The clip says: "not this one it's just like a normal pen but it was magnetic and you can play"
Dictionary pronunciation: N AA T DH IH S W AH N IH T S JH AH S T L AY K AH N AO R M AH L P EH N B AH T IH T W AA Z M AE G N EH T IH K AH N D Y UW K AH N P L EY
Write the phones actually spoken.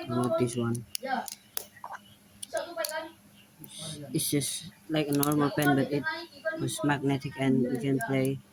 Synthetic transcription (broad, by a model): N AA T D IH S W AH N IH T S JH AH S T L AY K AH N AO R M AH L P EH N B AH T IH T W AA S M AE G N EH T IH K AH N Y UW K AH N P L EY